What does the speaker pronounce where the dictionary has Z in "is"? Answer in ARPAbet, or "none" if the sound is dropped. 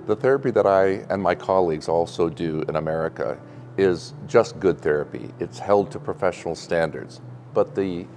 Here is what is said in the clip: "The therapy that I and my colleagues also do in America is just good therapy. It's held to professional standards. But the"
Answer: Z